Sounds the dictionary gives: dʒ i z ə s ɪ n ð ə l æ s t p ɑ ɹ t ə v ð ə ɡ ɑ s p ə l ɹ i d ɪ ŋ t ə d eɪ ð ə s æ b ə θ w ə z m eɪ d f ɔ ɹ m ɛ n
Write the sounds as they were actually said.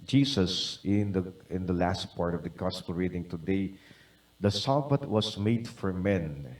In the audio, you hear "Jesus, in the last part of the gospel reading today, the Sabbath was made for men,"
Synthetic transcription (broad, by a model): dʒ i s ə s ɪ n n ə l æ s t p ɑ ɹ t ə v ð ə ɡ ɑ s p ə l ɹ i d ɪ ŋ t ə d eɪ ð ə s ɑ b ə t w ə s m eɪ d f ɔ ɹ m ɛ n